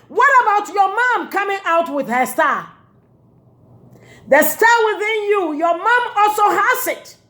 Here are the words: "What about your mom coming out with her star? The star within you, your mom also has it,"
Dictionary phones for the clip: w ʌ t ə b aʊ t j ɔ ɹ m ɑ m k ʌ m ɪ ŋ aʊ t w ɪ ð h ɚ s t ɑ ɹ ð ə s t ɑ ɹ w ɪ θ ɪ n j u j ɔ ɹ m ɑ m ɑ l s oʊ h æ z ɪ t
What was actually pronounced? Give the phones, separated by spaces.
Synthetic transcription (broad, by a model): w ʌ t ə b aʊ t j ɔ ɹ m ɑ m k ʌ m ɪ ŋ aʊ t w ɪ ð h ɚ s t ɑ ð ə s t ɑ w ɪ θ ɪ n j u j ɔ m ɑ m ɑ l s oʊ h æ s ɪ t